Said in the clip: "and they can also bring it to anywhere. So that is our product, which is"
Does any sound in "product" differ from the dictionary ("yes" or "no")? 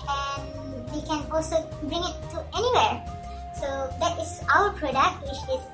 no